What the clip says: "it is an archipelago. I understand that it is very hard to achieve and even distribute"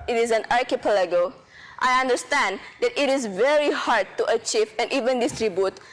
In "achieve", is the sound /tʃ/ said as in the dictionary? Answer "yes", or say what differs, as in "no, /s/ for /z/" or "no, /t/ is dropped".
yes